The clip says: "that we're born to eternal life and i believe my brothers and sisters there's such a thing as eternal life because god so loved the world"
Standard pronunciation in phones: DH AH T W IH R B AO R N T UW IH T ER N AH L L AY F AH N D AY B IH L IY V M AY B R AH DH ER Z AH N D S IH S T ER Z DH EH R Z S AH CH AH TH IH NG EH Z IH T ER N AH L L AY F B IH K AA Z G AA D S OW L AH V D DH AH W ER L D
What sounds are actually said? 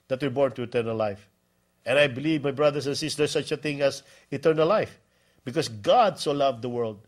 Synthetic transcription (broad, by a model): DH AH T W IH R B AO R N T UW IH T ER N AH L L AY F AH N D AY B IH L IY V M AY B R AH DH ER S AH N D S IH S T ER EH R S AH CH AH TH IH NG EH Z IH T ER N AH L L AY F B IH K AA S G AA D S OW L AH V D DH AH W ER L D